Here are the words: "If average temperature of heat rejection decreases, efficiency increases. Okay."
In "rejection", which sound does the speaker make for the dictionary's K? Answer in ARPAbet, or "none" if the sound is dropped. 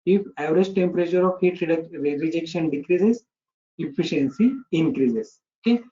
K